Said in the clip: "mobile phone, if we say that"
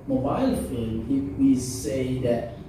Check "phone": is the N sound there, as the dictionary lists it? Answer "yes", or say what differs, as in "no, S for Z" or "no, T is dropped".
no, L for N